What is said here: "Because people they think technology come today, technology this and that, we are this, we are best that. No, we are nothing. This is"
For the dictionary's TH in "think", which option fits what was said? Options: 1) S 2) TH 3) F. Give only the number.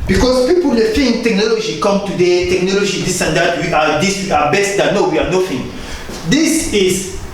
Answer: 3